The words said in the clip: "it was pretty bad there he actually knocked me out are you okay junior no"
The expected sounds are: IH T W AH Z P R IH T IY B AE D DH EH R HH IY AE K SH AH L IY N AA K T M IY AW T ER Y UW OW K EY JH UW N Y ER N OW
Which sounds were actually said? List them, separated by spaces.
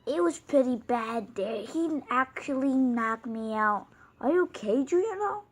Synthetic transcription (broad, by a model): IH T W AH Z P R IH T IY B AE D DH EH R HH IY AE K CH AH L IY N AA K M IY AW T ER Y OW K EY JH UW Y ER N OW